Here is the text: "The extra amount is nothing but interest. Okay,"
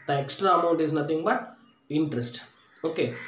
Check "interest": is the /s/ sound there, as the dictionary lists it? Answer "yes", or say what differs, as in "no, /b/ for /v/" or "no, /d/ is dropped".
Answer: yes